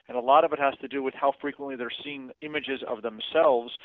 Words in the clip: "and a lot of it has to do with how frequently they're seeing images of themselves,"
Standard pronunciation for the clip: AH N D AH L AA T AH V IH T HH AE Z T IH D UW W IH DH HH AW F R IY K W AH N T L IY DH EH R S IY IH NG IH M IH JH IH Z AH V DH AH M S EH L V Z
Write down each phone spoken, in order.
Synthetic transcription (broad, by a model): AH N AH L AA T AH V IH T HH AE Z T IH D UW W IH DH HH AW F R IY K W AH N T L IY DH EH R S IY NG IH M IH JH IH Z AH V DH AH M S EH L V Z